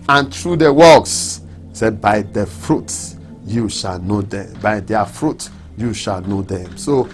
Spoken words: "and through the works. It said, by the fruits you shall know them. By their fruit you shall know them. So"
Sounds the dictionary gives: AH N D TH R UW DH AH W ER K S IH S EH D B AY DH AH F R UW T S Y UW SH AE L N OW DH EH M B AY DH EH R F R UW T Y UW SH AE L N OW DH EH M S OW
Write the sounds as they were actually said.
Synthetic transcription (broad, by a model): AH N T R UW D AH W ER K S S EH B AY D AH F R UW T Y UW SH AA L N OW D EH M B AY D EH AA F R UW T Y UW SH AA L N OW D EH M S OW